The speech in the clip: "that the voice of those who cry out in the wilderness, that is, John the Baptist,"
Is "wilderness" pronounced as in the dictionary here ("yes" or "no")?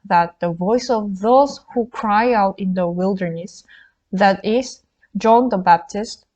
yes